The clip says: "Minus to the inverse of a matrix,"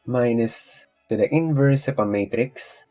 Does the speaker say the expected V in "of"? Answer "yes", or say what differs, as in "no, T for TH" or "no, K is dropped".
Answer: no, P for V